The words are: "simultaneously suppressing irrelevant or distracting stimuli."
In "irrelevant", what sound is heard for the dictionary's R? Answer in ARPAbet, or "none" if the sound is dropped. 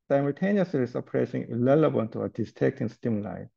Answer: L